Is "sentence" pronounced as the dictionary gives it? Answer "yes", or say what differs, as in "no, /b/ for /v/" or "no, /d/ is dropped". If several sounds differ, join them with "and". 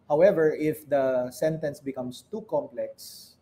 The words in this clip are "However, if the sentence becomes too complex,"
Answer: yes